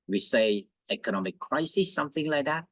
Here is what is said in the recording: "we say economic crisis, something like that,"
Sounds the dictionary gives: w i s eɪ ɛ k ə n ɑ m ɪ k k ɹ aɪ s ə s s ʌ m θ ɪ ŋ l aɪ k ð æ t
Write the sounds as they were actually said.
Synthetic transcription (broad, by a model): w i s eɪ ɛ k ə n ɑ m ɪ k k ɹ aɪ s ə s s ʌ m θ ɪ ŋ l aɪ k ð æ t